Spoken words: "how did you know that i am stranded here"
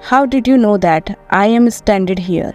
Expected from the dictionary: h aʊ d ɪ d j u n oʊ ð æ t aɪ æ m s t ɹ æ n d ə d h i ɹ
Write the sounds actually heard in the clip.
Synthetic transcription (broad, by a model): h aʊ d ɪ d j u n oʊ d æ t aɪ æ m s t æ n d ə d h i ɹ